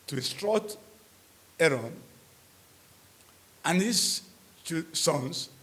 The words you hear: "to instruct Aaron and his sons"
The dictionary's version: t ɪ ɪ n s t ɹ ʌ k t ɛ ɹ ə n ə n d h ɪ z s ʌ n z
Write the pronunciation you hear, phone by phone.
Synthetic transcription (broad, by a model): t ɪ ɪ s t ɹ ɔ t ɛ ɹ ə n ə n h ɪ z s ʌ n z